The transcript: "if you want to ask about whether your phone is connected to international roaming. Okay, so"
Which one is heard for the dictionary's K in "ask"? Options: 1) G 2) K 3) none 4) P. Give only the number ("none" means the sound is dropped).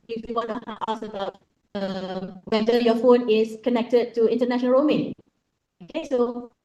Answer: 3